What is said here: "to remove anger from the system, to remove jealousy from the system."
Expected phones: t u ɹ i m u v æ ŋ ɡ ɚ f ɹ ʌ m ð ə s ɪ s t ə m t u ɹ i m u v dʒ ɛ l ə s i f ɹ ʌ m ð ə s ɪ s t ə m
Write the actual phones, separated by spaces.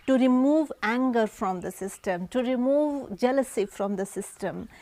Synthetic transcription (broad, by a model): t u ɹ i m u v æ ŋ ɡ ɚ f ɹ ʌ m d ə s ɪ s t ə m t u ɹ i m u v dʒ ɛ l ə s i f ɹ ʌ m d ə s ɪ s t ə m